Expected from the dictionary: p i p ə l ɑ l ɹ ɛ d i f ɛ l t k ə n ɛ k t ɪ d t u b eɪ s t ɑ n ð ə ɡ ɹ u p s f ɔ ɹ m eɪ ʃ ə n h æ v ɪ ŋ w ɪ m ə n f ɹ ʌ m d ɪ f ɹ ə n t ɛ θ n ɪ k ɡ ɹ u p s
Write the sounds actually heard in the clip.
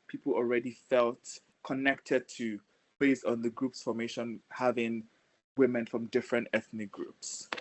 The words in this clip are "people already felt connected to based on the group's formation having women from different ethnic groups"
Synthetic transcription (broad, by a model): p i p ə l ɑ l ɹ ɛ d i f ɛ l t k ə n ɛ k t ɪ d t u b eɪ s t ɑ n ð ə ɡ ɹ u p s f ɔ m eɪ ʃ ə n h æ v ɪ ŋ w ɪ m ə n f ɹ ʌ m d ɪ f ɹ ə n t ɛ θ n ɪ k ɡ ɹ u p s